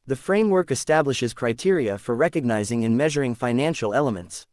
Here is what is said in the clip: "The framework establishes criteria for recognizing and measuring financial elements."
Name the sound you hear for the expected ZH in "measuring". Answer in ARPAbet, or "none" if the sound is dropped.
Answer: ZH